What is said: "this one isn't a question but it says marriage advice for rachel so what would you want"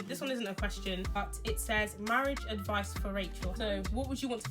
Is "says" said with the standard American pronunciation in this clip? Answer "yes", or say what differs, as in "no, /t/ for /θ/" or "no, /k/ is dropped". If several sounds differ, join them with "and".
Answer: yes